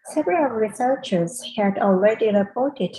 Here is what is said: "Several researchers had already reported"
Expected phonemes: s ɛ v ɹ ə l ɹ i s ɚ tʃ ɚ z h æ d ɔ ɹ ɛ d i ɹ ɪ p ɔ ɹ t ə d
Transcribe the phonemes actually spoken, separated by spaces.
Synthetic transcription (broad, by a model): s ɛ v ɹ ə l ɹ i s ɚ tʃ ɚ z h æ d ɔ l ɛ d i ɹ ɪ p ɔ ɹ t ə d